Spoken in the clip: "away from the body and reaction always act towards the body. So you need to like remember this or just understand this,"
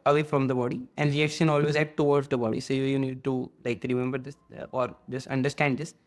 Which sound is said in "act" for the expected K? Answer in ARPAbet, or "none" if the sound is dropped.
none